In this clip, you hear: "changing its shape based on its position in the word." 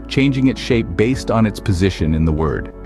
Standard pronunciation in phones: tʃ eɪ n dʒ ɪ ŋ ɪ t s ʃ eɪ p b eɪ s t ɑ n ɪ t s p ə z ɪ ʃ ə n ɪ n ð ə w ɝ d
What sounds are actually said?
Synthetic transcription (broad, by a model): tʃ eɪ n dʒ ɪ ŋ ɪ t s ʃ eɪ p b eɪ s t n ɪ t s p ə z ɪ ʃ ə n ɪ n ð ə w ɝ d